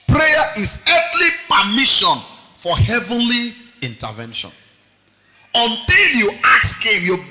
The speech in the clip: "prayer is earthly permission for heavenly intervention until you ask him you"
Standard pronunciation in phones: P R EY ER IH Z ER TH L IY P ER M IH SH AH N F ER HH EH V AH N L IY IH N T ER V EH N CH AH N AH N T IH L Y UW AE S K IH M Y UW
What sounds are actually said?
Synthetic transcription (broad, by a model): P R EY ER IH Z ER T L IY P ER M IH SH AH N F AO HH EH V AH N L IY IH N T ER V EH N SH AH N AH N T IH L Y UW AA S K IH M Y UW